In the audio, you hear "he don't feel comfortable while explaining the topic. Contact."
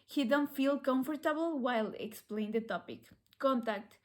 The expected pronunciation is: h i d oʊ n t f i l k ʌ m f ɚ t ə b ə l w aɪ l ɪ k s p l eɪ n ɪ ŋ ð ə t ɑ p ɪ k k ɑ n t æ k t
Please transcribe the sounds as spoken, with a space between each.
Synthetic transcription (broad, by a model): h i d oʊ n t f i l k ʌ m f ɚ t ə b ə l w aɪ l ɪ k s p l eɪ ɪ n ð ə t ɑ p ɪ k k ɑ n t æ k t